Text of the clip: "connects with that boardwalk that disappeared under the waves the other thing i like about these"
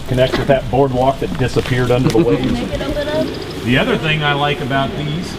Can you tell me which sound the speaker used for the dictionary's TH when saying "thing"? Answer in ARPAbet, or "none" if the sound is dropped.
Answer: TH